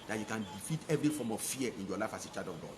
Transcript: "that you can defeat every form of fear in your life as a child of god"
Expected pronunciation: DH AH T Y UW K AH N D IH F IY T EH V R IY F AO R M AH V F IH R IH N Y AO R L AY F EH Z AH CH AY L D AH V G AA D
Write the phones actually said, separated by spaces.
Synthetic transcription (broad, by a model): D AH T Y UW K AH N D IH F IY T EH V R IY F AO M AH V F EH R IH N Y AO L AY F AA S AH CH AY D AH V G AA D